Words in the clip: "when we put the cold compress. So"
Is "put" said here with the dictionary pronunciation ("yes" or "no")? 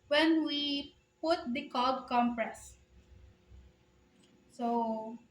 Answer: yes